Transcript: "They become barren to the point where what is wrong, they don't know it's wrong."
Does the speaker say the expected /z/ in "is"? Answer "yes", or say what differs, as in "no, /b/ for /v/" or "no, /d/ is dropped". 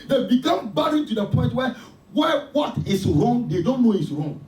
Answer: no, /s/ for /z/